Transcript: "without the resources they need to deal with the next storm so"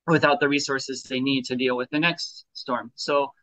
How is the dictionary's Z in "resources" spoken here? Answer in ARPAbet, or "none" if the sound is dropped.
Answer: Z